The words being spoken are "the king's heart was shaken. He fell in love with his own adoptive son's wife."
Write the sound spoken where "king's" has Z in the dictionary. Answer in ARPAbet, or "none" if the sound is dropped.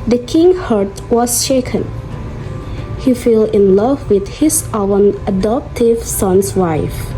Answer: none